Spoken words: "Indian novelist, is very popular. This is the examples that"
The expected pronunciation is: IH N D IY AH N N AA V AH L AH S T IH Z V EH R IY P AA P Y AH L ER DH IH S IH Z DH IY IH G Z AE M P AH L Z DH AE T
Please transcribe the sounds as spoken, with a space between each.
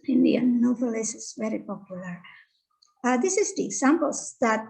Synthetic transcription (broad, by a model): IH N D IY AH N N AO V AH L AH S IH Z V EH R IY P AA P Y AH L ER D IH S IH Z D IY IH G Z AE M P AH L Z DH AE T